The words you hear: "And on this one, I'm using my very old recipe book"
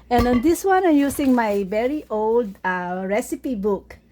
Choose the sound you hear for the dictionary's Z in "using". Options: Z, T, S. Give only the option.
S